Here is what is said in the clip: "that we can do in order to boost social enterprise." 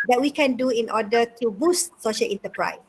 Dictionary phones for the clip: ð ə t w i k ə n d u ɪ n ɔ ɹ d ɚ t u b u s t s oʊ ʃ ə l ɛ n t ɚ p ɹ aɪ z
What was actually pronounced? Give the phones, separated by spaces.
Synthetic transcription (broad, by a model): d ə t w i k ə n d u ɪ n ɔ d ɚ t u b u s t s oʊ ʃ ə l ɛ n t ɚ p ɹ aɪ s